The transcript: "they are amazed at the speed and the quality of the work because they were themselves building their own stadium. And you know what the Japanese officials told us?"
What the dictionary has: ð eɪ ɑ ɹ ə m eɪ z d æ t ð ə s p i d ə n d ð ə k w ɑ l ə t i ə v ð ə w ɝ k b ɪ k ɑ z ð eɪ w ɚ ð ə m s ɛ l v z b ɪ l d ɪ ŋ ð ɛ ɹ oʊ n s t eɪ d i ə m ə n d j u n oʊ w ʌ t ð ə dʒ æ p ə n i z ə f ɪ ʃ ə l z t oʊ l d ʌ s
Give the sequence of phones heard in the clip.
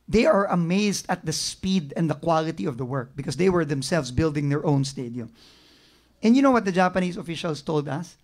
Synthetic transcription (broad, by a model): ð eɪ ɑ ɹ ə m eɪ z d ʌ t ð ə s p i d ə n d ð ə k w ɑ l ə t i ə v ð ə w ɝ k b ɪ k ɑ s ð eɪ w ɚ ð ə m s ɛ l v s b ɪ l d ɪ ŋ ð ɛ ɹ oʊ n s t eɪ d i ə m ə n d j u n oʊ w ʌ t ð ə dʒ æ p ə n i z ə f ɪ ʃ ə l s t oʊ l d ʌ s